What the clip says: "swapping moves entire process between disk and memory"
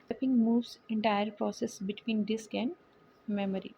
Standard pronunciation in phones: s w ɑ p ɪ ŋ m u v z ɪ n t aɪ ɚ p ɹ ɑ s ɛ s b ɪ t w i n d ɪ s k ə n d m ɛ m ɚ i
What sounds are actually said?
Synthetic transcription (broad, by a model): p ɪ ŋ m u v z ɪ n t aɪ ɚ p ɹ ɑ s ɛ s b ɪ t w i n d ɪ s k ə n d m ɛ m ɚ i